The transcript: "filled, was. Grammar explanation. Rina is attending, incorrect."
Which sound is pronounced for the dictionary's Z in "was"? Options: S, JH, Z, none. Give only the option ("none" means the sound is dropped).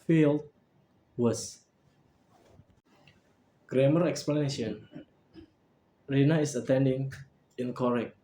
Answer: S